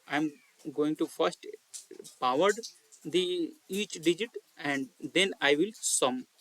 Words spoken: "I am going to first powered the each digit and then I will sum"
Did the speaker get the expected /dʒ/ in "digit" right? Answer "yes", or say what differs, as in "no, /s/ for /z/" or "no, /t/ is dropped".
yes